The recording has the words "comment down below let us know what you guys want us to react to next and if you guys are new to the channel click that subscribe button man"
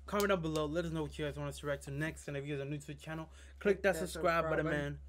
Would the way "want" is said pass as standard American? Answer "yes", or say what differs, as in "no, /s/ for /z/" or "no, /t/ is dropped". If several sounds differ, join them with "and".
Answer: no, /t/ is dropped